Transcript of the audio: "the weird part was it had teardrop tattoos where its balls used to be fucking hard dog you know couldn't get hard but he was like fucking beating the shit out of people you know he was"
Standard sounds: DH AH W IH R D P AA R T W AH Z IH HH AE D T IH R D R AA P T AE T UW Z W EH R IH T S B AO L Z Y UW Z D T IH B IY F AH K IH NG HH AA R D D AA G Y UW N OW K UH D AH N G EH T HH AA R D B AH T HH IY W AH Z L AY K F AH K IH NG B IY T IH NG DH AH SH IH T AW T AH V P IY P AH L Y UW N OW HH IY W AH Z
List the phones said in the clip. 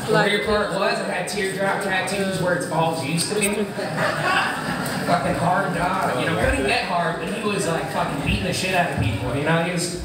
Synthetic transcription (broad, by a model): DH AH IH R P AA R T W AH Z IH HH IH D T IH R D R AA P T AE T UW Z W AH R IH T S AO L Z Y UW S T IH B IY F AH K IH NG HH AA R D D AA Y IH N OW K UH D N G EH T HH AA R D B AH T HH IY W AH Z L AY K F AH K IH NG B IY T IH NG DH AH SH IH T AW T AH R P IY P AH N Y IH N OW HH IY W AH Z